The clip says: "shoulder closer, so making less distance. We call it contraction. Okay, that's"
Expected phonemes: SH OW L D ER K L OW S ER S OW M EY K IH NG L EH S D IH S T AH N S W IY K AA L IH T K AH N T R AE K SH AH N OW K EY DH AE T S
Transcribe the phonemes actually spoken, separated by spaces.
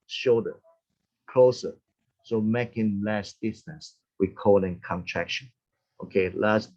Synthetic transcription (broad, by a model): SH OW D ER K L OW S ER S OW M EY K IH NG L EH S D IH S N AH S W IY K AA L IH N K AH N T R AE K SH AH N OW K EY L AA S